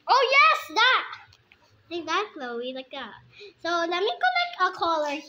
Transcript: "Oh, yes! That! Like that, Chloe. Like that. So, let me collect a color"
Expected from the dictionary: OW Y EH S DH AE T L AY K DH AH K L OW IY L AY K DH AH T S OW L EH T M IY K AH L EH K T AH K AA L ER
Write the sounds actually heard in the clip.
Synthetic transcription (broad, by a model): OW Y EH S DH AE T L AY K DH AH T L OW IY L AY K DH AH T S OW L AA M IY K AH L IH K AH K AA L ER